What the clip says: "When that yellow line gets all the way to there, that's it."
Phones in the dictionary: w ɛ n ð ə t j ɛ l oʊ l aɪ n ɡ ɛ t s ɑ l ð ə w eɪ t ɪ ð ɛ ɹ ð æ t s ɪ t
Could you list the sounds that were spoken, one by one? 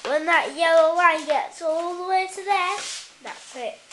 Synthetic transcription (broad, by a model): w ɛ n ð ə t j ɛ l oʊ w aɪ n ɡ ɛ t s ɑ l ð ə w eɪ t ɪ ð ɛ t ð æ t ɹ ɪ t